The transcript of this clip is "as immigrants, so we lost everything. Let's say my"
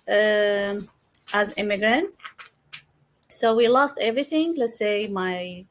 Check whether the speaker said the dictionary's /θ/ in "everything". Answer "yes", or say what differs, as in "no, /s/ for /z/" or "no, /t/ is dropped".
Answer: yes